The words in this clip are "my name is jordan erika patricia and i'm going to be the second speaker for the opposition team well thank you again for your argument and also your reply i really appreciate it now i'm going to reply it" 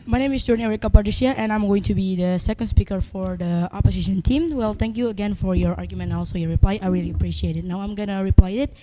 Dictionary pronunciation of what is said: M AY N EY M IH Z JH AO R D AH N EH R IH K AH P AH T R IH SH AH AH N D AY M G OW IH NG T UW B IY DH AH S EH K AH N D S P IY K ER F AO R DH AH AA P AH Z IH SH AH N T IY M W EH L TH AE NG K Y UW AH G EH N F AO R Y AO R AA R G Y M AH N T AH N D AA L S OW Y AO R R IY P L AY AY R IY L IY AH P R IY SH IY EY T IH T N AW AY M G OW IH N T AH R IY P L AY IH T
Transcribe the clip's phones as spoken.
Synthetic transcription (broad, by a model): M AY N EY M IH S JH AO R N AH EH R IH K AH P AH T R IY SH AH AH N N AY M G OW IH NG T UW B IY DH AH S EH K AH N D S P IY K ER F AO R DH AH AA P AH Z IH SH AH N T IY M W EH L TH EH NG K Y UW AH G EH N F AO R Y AO R AA R G Y AH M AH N AA L S OW Y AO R R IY P L AY AY R IY L IY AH P R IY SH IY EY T IH T N AW AY M G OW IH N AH R IY P L AY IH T